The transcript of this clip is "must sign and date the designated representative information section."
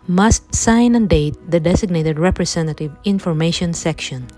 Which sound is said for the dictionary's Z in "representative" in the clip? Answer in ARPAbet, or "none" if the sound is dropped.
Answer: S